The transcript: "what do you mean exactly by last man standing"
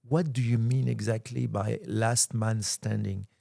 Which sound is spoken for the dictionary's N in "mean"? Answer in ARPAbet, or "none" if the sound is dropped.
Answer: N